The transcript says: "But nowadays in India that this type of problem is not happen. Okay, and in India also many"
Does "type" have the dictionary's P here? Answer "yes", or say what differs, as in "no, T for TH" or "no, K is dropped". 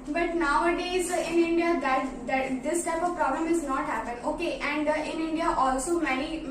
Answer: yes